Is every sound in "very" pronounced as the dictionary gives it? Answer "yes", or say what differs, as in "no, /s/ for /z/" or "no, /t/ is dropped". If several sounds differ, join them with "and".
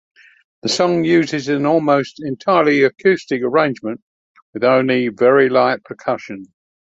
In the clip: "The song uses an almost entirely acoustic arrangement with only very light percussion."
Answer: yes